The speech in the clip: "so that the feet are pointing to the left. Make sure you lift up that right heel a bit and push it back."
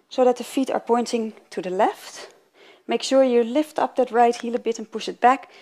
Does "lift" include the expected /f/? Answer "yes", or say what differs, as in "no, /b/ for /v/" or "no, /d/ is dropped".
yes